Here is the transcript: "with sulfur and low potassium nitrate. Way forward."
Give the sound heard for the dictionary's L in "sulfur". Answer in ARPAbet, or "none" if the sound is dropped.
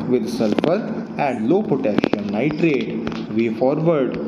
L